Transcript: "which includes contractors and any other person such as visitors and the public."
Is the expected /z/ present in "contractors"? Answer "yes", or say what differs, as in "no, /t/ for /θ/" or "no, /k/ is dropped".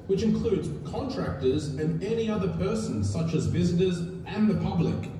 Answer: yes